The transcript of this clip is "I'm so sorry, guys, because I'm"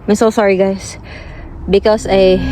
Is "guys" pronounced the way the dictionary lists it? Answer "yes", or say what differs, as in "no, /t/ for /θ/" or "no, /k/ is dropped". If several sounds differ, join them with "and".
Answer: no, /s/ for /z/